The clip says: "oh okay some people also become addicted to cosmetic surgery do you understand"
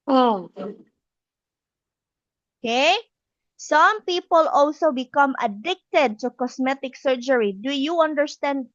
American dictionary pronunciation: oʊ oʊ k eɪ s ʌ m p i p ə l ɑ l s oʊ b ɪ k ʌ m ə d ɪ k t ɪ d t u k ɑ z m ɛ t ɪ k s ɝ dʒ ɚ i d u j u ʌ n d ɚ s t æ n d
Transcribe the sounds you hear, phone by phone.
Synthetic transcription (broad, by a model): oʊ oʊ k eɪ s ʌ m p i p ə l ɑ l s oʊ b ɪ k ʌ m ə d ɪ k t ɪ d t u k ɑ s m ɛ t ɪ k s ɝ dʒ ɚ i d u j u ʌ n d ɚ s t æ n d